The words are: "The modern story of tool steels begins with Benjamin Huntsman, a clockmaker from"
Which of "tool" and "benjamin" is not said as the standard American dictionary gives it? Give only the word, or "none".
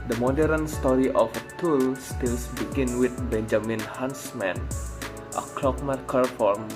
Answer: none